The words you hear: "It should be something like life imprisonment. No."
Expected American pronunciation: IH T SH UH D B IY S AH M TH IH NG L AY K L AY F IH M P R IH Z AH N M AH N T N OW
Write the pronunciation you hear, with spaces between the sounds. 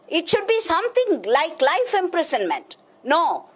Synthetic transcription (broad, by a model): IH T SH UH D B IY S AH M T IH NG L AY K L AY F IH M P R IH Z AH N M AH N T N OW